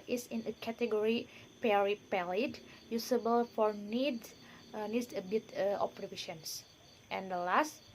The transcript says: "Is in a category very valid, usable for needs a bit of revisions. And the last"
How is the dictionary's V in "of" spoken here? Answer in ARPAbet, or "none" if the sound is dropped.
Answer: P